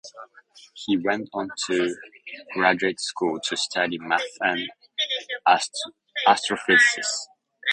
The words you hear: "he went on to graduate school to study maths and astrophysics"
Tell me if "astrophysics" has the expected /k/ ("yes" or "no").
no